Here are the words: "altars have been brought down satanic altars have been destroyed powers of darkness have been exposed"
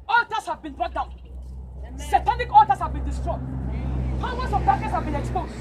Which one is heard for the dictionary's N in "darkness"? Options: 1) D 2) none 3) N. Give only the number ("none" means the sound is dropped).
2